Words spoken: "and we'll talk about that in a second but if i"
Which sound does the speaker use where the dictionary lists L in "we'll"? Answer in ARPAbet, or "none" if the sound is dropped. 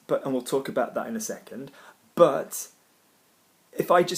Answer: L